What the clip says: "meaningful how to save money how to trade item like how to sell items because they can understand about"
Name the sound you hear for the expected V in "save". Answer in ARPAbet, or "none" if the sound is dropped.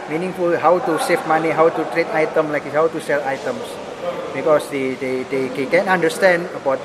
F